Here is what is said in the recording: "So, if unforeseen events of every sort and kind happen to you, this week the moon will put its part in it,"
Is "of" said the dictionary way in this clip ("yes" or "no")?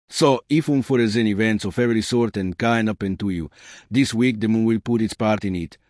no